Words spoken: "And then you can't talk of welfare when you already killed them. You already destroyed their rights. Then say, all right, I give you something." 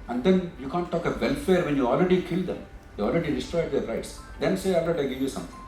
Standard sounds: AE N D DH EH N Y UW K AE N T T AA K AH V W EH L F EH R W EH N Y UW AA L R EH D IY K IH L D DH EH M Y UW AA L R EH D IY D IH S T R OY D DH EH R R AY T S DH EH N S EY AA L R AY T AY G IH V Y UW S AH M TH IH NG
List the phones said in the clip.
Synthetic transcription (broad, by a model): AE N D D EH N Y UW K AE N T T AA K AH V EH L F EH R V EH N Y UW AA L R EH D IY K IH L D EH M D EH AA L R EH D IY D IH S T R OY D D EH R R AY T S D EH N S EY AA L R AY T AY G IH V Y UW S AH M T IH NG